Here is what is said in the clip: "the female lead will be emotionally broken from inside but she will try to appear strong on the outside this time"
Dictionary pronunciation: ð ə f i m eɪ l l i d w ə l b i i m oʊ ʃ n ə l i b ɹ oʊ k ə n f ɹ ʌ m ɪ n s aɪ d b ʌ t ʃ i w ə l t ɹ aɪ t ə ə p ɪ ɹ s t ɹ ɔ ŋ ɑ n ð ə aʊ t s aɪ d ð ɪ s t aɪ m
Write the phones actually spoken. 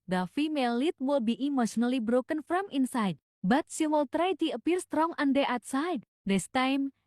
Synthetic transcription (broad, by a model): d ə f i m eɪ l l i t w ə l b i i m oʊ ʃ n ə l i b ɹ oʊ k ə n f ɹ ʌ m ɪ n s aɪ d b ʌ t s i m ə l t ɹ aɪ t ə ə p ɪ ɹ s t ɹ ɔ ŋ ɑ n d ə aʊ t s aɪ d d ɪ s t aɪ m